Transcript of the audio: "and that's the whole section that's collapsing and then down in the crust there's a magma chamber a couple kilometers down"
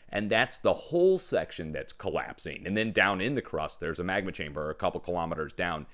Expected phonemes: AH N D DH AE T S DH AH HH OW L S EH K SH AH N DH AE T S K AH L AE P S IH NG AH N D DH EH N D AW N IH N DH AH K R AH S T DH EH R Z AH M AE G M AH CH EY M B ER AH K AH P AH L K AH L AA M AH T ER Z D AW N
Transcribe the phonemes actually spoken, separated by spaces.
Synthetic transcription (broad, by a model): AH N DH AE T S DH AH HH OW L S EH K SH AH N DH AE T S K AH L AE P S IH NG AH N DH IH N D AW N IH N DH AH K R AH S DH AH R Z AH M AE G M AH CH EY M B ER AH K AH P L K AH L AA M AH T ER Z D AW N